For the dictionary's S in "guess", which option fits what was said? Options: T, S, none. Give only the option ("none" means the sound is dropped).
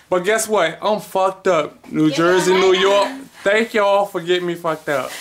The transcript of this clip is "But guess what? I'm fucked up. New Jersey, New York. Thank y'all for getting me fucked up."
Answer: S